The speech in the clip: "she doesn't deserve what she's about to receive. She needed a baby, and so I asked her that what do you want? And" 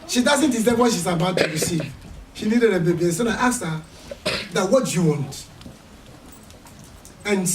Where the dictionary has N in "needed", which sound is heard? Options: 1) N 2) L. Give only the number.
2